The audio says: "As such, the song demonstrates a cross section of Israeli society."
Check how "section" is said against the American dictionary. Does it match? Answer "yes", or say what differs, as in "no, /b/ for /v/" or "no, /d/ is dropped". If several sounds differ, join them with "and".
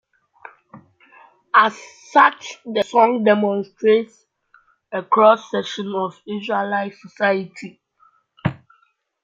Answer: no, /k/ is dropped